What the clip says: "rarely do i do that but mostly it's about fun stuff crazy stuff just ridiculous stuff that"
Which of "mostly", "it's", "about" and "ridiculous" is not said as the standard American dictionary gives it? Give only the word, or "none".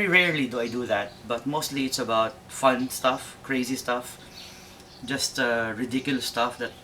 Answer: ridiculous